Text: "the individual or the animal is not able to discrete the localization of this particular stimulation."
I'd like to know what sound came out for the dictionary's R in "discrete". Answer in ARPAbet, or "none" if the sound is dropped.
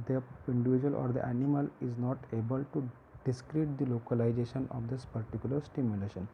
R